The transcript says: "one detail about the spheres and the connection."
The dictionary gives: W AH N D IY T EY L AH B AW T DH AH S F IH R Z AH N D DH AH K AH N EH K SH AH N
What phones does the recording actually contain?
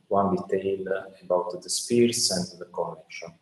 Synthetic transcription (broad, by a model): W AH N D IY T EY L AH B AW T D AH S P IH R S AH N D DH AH K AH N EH K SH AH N